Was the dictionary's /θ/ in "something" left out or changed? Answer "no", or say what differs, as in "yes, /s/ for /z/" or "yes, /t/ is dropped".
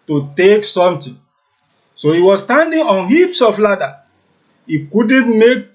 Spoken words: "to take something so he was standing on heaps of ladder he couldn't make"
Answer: yes, /t/ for /θ/